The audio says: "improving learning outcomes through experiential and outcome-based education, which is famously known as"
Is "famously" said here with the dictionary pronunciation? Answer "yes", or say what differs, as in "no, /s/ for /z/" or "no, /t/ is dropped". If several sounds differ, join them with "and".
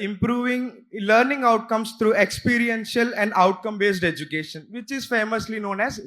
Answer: yes